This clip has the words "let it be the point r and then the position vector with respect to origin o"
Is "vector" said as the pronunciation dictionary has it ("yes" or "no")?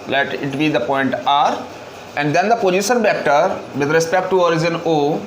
no